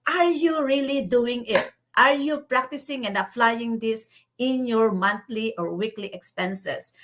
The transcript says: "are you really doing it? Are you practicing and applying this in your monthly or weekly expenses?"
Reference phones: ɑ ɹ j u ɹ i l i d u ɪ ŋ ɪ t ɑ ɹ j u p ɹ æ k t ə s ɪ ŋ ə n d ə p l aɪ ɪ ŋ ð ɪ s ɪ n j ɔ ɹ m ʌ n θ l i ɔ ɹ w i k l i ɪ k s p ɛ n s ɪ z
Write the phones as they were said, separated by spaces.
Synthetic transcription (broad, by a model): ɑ ɹ j u ɹ i l i d u ɪ ŋ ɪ t ɑ ɹ j u p ɹ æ k t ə s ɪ ŋ ə n d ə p l aɪ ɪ ŋ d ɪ s ɪ n j ɔ ɹ m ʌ n t l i ɔ ɹ w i k l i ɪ k s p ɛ n s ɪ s